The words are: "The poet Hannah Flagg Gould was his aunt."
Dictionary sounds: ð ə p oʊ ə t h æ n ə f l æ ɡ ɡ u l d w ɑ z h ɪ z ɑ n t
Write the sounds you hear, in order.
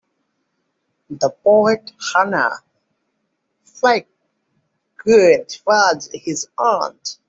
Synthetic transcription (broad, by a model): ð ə p oʊ ə t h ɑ n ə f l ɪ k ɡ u d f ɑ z h ɪ z ɑ n t